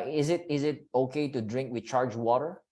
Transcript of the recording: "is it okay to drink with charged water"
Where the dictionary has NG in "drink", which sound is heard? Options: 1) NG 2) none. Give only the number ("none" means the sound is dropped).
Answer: 1